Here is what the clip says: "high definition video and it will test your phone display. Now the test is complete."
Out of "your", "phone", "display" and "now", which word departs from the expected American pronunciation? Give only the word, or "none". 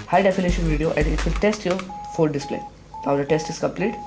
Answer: phone